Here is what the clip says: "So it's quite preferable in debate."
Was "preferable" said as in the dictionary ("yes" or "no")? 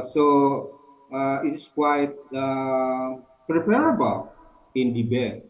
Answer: no